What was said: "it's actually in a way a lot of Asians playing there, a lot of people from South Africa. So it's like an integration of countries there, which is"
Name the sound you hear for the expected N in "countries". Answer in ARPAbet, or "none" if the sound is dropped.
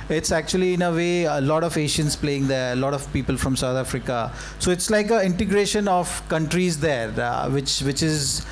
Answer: N